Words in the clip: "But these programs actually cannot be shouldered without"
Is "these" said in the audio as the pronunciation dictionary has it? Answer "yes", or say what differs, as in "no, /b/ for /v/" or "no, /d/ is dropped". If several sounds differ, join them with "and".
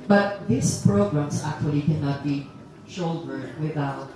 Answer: no, /s/ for /z/